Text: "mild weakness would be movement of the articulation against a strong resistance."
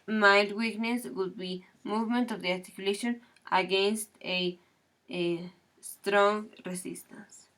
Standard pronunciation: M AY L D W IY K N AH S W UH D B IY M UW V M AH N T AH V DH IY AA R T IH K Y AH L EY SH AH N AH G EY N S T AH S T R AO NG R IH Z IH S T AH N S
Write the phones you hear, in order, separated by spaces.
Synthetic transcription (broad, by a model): M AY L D W IY K N AH S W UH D B IY M UW V M AH N T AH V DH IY AA R T IH K Y AH L EY SH AH N AH G EY N S T AH S T R AO NG R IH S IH S T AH N S